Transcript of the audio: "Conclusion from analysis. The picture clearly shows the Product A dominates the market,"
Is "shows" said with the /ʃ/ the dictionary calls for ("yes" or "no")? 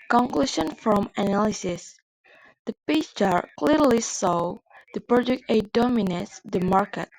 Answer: no